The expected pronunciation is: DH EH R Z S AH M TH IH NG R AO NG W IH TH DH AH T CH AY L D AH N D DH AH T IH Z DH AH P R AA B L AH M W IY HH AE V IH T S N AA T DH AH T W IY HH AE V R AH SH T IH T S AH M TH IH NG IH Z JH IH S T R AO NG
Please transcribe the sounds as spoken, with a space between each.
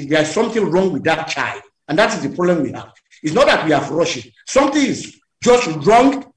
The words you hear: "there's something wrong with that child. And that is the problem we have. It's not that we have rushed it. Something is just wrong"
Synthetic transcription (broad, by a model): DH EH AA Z S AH M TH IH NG R AO NG W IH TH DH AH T CH AY L D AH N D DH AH T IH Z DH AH P R AA B L AH M W IY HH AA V IH T S N AA T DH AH T W IY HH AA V R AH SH IH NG S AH M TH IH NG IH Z JH IH S T R AO NG